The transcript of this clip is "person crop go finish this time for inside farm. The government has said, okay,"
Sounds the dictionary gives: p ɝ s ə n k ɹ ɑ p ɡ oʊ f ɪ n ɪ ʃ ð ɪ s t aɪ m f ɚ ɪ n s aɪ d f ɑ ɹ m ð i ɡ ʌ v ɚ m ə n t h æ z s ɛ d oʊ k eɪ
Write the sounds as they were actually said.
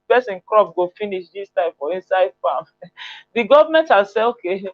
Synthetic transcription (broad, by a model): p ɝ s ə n k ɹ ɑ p ɡ oʊ f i n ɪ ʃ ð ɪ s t aɪ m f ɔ ɪ n s aɪ d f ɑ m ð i ɡ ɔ v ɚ m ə n t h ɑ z s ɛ oʊ k eɪ